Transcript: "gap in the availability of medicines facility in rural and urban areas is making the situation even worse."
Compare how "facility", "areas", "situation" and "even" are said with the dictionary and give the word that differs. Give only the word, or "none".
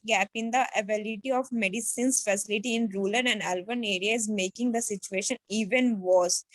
areas